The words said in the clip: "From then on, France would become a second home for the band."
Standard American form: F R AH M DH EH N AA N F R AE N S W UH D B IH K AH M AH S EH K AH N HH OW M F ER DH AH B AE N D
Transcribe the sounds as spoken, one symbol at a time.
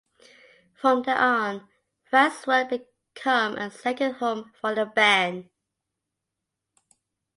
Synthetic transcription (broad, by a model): F R AH M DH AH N AA N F AE S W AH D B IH K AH M AH S EH K AH N HH OW M F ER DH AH B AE N